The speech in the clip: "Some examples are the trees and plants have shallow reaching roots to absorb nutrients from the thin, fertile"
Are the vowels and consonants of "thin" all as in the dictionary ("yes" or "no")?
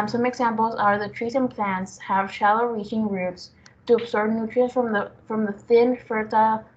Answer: yes